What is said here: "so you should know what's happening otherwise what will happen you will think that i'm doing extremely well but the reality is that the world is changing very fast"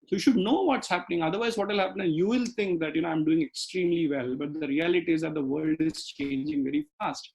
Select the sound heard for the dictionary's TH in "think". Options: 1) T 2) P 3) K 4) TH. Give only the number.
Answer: 1